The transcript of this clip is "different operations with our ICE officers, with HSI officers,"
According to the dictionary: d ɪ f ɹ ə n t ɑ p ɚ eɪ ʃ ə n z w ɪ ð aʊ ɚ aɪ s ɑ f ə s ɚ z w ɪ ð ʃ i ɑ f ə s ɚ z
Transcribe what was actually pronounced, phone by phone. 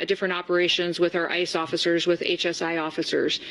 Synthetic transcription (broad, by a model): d ɪ f ɹ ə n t ɑ p ɚ eɪ ʃ ə n z w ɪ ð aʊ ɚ aɪ s ɑ f ə s ɚ z w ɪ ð s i ɑ f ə s ɚ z